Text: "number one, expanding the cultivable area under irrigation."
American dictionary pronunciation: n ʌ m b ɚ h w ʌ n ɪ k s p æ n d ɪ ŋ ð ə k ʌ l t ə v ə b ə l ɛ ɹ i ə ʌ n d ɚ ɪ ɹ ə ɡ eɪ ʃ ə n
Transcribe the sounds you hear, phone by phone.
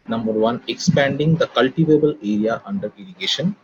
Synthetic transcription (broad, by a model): n ʌ m b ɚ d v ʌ n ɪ k s p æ n d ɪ ŋ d ə k ʌ l t ə v ə b ə l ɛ ɹ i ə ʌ n d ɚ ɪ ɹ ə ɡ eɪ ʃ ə n